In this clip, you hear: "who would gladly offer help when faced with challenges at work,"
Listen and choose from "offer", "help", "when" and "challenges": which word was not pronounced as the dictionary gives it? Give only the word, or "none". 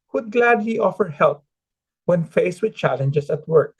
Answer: challenges